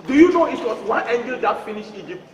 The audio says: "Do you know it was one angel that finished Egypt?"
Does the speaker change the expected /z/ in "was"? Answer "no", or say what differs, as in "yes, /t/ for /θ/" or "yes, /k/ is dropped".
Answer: yes, /s/ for /z/